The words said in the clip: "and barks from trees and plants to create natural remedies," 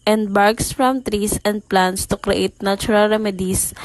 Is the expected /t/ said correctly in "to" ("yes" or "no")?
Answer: yes